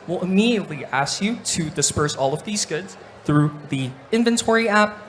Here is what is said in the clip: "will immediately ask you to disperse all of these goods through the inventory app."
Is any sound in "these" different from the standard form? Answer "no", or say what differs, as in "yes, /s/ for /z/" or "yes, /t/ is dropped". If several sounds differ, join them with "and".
no